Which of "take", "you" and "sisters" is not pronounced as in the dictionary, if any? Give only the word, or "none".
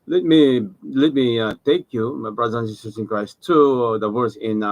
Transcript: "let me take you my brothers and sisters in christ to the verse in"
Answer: sisters